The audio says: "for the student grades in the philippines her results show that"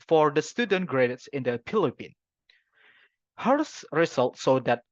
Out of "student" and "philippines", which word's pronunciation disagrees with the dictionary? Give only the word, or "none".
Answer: philippines